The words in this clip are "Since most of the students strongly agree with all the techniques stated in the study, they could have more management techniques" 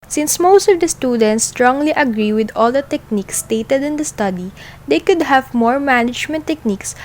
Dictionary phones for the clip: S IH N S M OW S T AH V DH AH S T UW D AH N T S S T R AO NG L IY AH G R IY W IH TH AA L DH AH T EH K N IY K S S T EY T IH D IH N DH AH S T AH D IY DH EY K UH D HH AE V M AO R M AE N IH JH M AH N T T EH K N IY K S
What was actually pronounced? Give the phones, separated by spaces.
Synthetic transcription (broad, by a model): S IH N S M OW S T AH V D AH S T UW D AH N T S S T R AO NG L IY AH G R IY W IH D AA L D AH T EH K N IY K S S T EY T IH D IH N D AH S T AH D IY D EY K UH D HH AE V M AO R M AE N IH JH M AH N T T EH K N IY K S